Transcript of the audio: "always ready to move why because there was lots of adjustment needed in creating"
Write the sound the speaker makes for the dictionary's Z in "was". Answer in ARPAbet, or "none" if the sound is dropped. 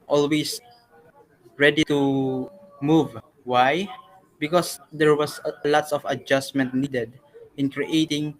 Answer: S